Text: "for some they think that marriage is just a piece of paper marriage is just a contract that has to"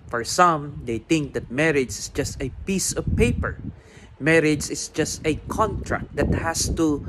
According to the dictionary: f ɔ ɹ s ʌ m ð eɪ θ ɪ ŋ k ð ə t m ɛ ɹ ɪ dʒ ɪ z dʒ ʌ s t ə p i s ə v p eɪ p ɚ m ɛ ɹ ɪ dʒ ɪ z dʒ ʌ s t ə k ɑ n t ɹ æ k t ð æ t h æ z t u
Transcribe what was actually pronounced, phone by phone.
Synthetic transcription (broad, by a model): f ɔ ɹ s ʌ m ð eɪ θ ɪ ŋ k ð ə t m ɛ ɹ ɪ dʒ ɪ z dʒ ʌ s t ə p i s ə v p eɪ p ɚ m ɛ ɹ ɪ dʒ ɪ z dʒ ʌ s t ə k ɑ n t ɹ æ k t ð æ t h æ s t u